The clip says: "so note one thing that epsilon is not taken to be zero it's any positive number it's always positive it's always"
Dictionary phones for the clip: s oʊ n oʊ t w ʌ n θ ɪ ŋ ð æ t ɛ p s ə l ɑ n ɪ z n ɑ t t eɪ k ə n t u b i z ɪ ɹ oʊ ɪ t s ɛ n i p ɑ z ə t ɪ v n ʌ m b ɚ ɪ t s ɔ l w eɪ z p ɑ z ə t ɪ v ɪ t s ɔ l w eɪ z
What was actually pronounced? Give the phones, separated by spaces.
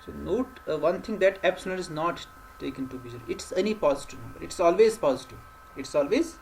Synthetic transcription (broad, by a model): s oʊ n oʊ t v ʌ n t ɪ ŋ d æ t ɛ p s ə n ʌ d ɪ z n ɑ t t eɪ k ə n t u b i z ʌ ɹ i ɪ t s ɛ n i p ɑ z ə t ɪ v n ʌ m b ɚ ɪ t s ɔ l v eɪ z p ɑ z ə t ɪ v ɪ t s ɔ l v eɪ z